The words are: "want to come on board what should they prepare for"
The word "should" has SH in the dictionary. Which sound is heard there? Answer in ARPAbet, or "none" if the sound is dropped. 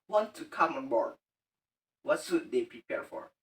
S